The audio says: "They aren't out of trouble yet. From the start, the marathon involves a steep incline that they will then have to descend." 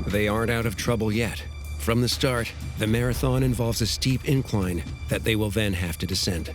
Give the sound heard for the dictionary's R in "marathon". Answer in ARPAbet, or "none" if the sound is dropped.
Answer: R